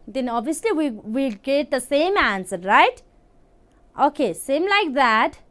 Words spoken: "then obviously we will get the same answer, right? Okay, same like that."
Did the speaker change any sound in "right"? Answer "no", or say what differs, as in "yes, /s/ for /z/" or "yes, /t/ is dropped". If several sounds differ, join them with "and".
no